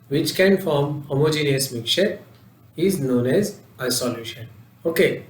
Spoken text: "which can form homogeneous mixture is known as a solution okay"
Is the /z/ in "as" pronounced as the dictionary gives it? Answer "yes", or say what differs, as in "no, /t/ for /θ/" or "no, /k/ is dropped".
yes